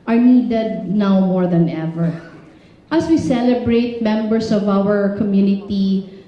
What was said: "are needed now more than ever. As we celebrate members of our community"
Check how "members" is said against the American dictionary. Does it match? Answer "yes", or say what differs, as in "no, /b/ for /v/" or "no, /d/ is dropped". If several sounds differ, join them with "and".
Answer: no, /s/ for /z/